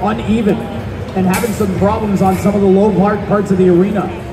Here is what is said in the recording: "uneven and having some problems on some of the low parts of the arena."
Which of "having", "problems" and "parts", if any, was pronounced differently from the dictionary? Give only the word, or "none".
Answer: none